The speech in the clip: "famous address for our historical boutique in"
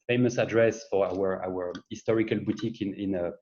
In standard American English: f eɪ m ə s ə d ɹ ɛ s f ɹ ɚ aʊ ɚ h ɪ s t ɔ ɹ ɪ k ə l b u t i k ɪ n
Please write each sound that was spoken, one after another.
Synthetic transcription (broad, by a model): f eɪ m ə s ə d ɹ ɛ s f w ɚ aʊ ɚ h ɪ s t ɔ ɹ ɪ k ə l b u t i k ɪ n